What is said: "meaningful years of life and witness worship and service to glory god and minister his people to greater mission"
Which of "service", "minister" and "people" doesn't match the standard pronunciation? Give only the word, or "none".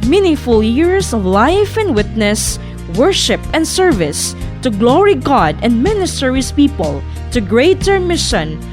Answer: none